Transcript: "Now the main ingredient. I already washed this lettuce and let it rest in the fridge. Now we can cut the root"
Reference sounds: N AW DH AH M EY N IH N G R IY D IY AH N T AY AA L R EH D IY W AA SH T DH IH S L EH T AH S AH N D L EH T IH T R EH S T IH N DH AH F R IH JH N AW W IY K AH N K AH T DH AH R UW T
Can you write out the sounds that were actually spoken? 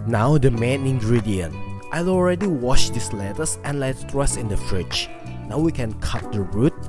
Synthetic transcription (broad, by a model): N AW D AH M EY N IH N G R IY D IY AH N T AY AA L R EH D IY W AA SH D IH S L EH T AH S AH N L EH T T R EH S IH N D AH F R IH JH N AW W IY K AH N K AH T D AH R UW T